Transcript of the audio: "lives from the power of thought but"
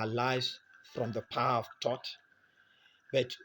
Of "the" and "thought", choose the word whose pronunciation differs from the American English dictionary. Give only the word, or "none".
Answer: thought